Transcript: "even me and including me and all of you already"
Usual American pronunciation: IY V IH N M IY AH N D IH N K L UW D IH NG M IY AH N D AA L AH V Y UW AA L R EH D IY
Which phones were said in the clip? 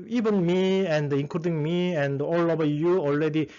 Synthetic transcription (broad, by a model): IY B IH N M IY AH N D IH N K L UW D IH NG M IY AH N D AA L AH B Y UW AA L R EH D IY